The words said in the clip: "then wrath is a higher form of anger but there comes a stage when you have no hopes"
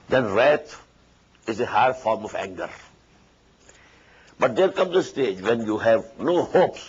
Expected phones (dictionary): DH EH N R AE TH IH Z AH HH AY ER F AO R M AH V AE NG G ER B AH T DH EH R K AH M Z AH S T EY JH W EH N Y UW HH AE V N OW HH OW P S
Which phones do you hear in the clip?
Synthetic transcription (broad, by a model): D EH N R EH T IH Z AH HH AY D F AO R M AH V AE NG G ER B AH T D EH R K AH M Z AH S T EY JH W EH N Y UW HH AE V N OW HH OW P S